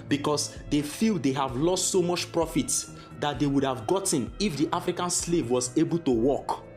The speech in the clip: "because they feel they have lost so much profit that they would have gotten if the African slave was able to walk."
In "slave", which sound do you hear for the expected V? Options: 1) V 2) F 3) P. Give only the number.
1